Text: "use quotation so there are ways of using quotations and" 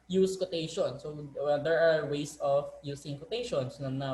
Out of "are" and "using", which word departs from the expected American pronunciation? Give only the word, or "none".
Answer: using